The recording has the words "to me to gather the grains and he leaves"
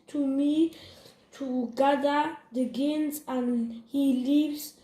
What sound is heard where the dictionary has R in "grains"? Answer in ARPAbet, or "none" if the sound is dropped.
none